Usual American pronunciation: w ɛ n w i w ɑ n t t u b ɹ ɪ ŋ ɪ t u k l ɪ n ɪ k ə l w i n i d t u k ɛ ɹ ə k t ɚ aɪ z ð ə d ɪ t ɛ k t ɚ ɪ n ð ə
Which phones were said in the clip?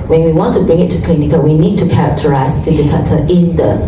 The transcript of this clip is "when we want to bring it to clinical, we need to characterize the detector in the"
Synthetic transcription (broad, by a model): w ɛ n w i w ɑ n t t u b ɹ ɪ ŋ ɪ t u k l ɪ n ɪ k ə w i n i d t u k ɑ ə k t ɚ aɪ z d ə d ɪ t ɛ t t ɪ n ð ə